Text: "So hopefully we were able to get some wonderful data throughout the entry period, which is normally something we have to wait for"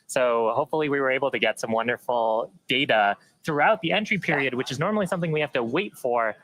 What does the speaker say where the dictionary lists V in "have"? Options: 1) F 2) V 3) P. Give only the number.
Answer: 1